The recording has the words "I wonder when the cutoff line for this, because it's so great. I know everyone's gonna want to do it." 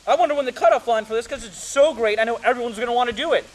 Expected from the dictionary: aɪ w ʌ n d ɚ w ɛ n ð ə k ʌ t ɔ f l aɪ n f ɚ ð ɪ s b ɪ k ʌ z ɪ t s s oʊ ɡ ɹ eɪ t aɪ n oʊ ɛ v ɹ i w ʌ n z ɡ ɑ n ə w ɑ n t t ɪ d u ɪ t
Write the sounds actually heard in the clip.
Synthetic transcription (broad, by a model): aɪ w ʌ n d ɚ w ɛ n ð ə k ʌ t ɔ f l aɪ n f ɚ ð ɪ s k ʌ z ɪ t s s oʊ ɡ ɹ eɪ t aɪ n oʊ ɛ v ɹ i w ʌ n z ɡ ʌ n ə w ɑ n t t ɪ d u ɪ t